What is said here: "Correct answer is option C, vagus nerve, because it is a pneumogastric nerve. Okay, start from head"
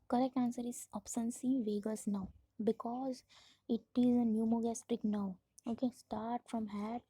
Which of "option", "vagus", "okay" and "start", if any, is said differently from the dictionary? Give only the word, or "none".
option